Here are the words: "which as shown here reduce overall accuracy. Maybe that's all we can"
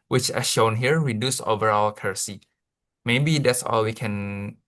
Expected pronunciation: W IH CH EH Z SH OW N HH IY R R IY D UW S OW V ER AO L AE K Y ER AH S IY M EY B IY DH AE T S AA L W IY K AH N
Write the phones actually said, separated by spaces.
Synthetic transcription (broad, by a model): W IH CH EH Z SH OW N HH IY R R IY D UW S OW V ER AO L K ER S IY M EY B IY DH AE T S AA L W IY K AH N